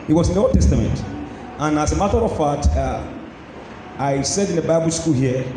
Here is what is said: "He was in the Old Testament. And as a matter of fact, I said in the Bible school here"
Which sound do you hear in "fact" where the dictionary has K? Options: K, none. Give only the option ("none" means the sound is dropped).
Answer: none